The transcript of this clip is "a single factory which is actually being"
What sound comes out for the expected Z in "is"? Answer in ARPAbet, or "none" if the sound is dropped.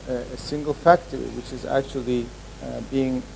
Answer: Z